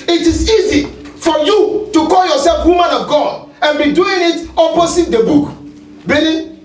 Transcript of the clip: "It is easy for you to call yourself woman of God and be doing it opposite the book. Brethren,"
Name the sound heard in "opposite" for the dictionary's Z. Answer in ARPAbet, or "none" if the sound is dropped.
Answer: S